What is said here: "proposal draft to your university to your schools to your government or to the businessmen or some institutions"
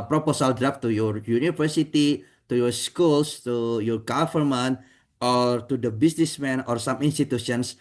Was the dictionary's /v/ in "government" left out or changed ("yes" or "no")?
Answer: yes